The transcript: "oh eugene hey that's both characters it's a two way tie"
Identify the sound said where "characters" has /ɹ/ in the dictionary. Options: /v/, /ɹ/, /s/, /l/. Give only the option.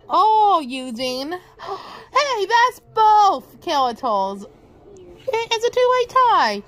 /l/